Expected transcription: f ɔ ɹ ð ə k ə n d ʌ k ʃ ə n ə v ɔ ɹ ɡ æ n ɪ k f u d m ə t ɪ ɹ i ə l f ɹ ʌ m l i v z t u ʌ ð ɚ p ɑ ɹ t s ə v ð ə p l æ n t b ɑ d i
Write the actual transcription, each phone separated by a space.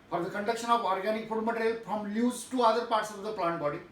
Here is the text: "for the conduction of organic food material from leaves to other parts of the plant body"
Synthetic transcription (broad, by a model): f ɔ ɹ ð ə k ə n d ʌ k ʃ ə n ə v ɔ ɹ ɡ æ n ɪ k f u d m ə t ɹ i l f ɹ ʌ m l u z t u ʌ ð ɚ p ɑ ɹ t s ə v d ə p l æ n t b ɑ d i